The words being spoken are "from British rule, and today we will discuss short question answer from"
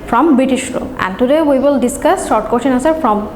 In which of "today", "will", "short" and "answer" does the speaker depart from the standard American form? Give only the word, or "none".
answer